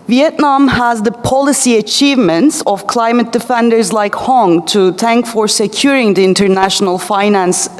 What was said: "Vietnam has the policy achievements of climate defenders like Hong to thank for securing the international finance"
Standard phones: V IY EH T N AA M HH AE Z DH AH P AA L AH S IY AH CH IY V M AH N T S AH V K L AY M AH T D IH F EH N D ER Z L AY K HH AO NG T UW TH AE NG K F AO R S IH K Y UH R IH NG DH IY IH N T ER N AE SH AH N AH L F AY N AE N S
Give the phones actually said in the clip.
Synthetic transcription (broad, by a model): V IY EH T N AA M HH AE Z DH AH P AA L AH S IY AH CH IY V M AH N T S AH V K L AY M AH T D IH F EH N D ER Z L AY K HH AO NG T UW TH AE NG K F AO R S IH K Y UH R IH NG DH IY IH N T ER N AE SH AH N AH L F AY N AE N S